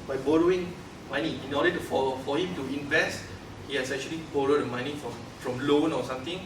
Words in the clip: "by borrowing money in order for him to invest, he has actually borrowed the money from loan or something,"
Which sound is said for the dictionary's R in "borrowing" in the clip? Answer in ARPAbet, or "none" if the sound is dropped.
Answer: R